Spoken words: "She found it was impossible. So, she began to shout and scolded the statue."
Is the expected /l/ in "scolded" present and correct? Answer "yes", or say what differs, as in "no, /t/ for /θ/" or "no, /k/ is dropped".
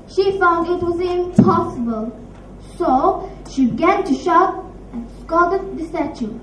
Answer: no, /l/ is dropped